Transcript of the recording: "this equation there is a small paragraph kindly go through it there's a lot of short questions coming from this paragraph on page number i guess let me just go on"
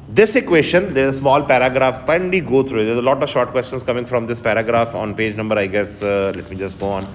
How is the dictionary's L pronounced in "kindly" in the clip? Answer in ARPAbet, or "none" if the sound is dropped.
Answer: none